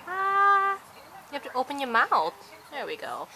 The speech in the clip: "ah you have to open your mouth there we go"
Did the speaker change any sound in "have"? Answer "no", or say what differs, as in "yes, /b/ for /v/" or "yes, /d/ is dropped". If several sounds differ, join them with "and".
yes, /p/ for /v/